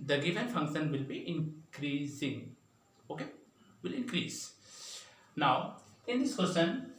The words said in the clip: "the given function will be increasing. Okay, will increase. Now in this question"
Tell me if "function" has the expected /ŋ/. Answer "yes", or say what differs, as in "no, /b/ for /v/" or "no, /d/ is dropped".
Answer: yes